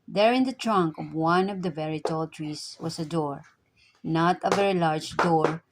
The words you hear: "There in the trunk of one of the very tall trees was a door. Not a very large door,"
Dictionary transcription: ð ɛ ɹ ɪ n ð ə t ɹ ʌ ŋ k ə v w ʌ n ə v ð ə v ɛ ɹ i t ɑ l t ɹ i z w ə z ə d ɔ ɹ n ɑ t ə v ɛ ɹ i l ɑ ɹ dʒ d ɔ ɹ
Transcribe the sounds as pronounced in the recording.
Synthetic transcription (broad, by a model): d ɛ ɹ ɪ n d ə t ɹ ʌ ŋ k ə v w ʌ n ə v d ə v ɛ ɹ i t ɑ l t ɹ i s w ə s ə d ɔ ɹ n ɑ t ə v ɛ ɹ i l ɑ ɹ dʒ d ɔ ɹ